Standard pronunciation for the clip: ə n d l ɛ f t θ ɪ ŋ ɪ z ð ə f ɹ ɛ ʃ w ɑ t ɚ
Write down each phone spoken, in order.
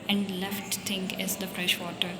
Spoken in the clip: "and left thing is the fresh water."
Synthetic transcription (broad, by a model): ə n d l ɛ f t t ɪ ŋ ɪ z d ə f ɹ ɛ ʃ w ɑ t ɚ